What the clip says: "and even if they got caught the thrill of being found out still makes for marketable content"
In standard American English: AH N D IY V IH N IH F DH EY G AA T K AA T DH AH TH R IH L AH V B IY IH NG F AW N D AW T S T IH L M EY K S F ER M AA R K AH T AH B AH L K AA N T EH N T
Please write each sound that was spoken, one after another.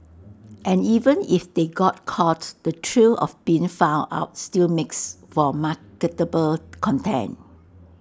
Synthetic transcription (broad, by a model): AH N IY V IH N IH F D EY G AA T K AA T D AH T R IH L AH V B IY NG F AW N AW T S T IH L M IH K S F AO M AA K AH T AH B AH L K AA N T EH N